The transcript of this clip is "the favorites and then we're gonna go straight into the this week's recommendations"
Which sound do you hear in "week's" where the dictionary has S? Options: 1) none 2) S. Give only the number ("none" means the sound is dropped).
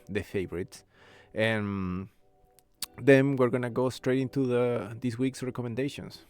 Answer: 2